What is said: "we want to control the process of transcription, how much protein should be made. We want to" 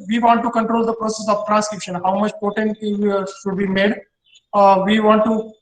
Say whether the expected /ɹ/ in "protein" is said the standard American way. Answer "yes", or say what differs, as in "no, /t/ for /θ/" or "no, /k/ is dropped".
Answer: no, /ɹ/ is dropped